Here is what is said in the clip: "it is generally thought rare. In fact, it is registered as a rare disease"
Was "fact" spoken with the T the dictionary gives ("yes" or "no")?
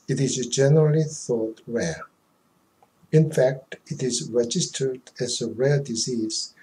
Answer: yes